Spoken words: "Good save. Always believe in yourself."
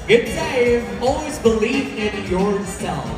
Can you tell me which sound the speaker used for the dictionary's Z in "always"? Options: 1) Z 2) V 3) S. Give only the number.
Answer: 1